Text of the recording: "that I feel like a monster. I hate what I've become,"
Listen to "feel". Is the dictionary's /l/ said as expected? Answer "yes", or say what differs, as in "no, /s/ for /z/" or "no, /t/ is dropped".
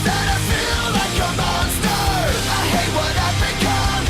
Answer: yes